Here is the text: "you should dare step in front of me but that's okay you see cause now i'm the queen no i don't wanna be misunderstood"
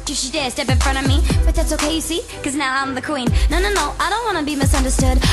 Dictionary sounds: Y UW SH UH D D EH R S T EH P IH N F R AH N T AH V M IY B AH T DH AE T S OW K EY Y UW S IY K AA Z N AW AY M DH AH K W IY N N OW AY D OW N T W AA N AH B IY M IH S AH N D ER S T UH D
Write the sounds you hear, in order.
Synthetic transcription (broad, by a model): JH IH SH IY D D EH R S T EH P IH N F R AH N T AH V M IY B AH T DH AE T S OW K EY Y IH S IY K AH Z N AW AY M DH AH K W IY N N OW AY D OW N T W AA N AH B IY M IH S AH N D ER S T UH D